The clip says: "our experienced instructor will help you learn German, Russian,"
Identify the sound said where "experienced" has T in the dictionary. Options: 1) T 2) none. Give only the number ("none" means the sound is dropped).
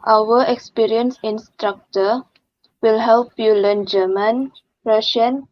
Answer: 2